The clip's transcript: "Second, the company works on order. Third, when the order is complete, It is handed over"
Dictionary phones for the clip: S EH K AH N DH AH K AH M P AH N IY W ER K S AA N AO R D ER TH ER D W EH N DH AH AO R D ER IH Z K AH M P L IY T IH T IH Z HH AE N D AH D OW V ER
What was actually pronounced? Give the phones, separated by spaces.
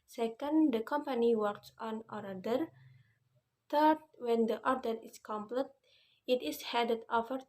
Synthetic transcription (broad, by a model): S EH K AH N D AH K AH M P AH N IY W ER K S AA N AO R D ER T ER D W EH N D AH AO R D ER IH S K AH M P L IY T IH T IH S HH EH D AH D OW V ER